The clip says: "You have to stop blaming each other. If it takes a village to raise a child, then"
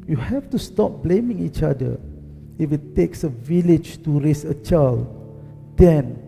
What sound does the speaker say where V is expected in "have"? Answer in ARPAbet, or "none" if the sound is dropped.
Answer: F